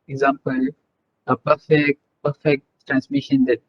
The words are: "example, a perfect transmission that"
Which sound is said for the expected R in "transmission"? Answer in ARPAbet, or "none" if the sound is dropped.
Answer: R